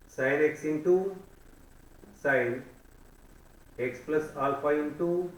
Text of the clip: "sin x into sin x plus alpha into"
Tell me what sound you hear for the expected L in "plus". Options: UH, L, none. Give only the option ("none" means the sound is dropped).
L